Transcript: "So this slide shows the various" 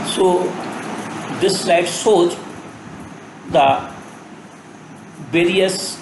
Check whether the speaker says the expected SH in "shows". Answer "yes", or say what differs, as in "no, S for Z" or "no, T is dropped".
no, S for SH